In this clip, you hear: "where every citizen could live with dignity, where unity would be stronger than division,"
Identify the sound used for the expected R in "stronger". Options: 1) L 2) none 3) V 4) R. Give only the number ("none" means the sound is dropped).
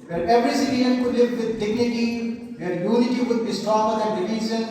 2